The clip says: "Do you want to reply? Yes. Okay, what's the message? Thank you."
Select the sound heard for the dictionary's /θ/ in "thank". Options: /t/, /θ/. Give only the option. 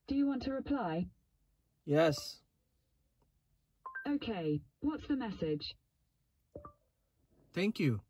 /θ/